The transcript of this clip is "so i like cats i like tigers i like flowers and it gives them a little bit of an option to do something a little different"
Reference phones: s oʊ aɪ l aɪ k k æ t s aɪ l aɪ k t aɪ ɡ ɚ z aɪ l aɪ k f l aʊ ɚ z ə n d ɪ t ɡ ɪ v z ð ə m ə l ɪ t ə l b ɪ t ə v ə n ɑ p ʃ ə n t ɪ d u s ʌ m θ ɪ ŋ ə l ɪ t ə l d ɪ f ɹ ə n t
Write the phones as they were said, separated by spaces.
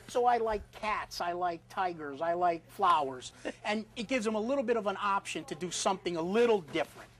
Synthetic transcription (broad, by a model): s oʊ aɪ l aɪ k k æ t s aɪ l aɪ k t aɪ ɡ ɚ z aɪ l aɪ k f l aʊ ɚ z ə n ɪ t ɡ ɪ v z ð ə m ə l ɪ t l b ɪ t ə v ə n ɑ p ʃ ə n t ɪ d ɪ s ʌ m θ ɪ ŋ ə l ɪ t l d ɪ f ɹ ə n t